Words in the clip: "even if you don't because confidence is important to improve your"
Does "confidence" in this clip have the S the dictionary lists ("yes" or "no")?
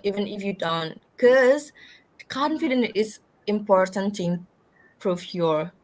no